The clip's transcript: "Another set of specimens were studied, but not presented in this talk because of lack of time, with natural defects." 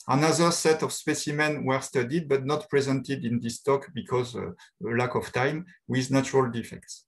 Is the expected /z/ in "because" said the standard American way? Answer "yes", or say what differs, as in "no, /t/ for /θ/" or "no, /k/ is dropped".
yes